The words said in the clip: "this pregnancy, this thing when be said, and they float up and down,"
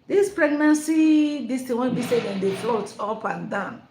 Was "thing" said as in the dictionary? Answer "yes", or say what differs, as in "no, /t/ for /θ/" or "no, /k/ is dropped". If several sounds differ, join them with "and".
no, /t/ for /θ/